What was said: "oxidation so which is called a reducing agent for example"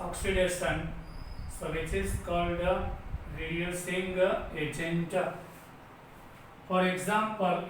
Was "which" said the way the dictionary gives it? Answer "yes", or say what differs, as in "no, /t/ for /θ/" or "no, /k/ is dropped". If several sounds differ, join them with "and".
no, /s/ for /tʃ/